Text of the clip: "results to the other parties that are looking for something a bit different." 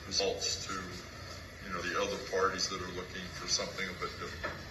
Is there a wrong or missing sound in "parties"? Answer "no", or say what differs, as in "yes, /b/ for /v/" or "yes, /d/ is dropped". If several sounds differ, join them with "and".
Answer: no